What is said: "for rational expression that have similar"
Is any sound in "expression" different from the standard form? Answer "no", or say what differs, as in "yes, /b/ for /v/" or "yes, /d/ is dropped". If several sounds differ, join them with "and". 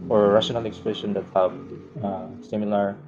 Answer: yes, /l/ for /ɹ/